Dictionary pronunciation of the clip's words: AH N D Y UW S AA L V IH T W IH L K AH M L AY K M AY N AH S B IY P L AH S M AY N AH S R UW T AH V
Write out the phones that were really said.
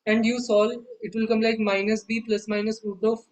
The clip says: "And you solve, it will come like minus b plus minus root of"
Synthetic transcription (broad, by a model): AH N D Y UW S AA L IH T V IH L K AH M L AY K M AY N AH S B IY P L AH S M AY N AH S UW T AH